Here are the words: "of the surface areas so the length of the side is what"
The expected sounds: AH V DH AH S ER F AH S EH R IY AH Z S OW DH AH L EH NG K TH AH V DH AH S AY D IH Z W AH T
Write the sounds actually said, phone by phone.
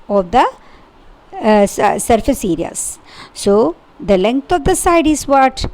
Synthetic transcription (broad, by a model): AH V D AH S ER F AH S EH R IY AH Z S OW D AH L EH NG K T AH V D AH S AY D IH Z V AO T